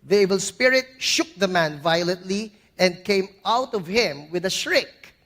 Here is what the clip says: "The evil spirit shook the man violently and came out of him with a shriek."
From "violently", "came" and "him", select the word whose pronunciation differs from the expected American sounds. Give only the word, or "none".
none